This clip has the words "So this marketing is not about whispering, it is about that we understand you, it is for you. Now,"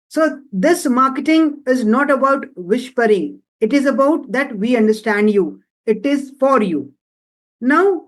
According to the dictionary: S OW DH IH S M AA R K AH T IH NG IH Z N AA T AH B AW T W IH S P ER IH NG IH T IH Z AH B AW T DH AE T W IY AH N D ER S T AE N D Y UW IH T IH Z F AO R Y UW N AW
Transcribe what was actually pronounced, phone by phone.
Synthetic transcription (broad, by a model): S OW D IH S M AA R K AH T IH NG IH Z N AA T AH B AW T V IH SH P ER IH NG IH T IH Z AH B AW T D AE T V IY AH N D ER S T AE N D Y UW IH T IH Z F AO R Y UW N AW